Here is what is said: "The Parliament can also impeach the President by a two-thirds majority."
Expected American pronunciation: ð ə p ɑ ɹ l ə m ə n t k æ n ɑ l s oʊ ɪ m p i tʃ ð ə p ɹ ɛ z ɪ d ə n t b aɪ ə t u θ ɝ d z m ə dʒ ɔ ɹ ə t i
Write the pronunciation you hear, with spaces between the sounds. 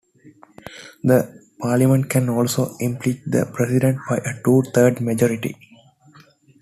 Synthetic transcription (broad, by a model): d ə p ɑ ɹ l ə m ə n t k æ n ɑ l s oʊ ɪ m p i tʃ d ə p ɹ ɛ s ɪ d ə n t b aɪ ə t u t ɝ d m ə dʒ ɔ ɹ ə t i